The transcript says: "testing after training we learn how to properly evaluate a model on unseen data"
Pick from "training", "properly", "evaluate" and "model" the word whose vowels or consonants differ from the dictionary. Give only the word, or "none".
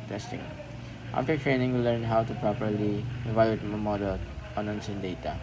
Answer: evaluate